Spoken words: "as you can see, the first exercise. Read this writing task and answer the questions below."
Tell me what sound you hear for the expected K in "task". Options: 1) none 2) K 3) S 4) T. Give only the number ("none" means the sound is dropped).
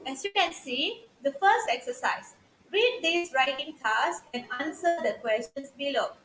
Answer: 1